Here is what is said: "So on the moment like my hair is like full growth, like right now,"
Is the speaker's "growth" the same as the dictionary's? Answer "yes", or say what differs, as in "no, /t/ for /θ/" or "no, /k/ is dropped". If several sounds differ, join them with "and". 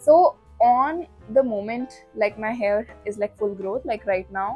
no, /t/ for /θ/